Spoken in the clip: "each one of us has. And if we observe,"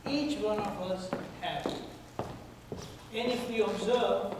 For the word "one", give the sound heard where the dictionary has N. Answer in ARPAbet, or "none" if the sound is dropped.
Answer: N